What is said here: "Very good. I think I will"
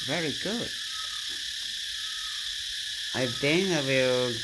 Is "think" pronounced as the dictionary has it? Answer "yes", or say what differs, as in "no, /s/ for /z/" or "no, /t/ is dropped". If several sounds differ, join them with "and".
no, /k/ is dropped